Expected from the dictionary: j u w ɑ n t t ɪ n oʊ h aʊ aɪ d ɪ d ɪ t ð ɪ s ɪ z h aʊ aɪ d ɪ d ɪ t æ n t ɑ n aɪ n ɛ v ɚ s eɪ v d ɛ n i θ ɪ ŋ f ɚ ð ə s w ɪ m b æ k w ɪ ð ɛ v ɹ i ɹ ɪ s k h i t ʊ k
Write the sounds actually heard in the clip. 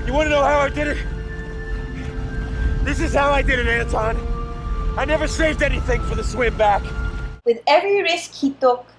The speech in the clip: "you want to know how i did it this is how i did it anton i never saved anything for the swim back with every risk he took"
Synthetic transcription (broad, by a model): j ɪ w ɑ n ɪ n oʊ h aʊ aɪ d ɪ d ɪ t ð ɪ s ɪ z h aʊ aɪ d ɪ d ɪ t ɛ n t ɑ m aɪ n ɛ v ɚ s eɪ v d ɛ n i θ ɪ ŋ f ɚ ð ə s w ɪ m b æ k w ɪ ð ɛ v ɹ i ɹ ɪ s k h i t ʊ k